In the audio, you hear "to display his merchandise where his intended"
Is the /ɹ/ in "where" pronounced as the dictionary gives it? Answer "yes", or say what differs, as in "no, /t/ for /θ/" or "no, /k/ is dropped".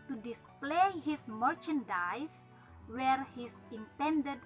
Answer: yes